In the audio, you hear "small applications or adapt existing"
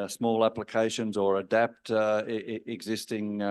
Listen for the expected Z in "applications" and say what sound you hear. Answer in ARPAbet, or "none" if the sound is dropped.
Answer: Z